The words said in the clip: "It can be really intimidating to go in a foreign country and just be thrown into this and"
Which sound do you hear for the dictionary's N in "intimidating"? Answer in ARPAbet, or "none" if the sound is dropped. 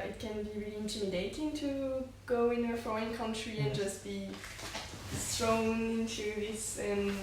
N